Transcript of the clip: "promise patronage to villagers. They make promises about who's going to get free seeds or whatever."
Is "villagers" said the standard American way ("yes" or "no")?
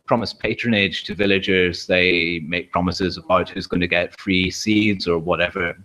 yes